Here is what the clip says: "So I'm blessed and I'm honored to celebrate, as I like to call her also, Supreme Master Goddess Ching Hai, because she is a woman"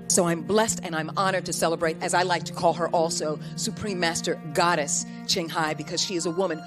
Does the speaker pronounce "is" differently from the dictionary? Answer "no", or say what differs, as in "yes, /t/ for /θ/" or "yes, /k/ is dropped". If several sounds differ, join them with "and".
no